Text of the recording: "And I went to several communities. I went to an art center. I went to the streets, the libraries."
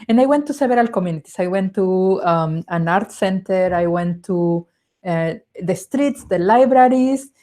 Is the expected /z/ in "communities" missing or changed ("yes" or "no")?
yes